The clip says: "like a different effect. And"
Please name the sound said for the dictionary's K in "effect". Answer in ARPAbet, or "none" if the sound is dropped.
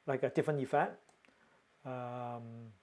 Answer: none